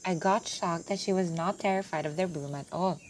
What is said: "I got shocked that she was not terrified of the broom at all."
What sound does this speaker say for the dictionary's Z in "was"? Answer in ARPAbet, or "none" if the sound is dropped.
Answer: Z